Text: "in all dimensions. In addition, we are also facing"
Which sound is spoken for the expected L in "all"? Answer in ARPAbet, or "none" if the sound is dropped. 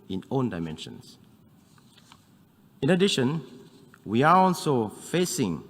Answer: N